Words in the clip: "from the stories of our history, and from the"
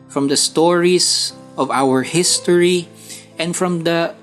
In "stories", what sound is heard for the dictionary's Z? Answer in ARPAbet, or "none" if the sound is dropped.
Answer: S